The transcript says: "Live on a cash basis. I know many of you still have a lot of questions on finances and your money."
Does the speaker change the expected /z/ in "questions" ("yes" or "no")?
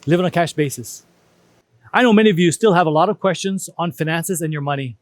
no